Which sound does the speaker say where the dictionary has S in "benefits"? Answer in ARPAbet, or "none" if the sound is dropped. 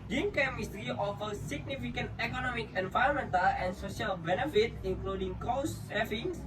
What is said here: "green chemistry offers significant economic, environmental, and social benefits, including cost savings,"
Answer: none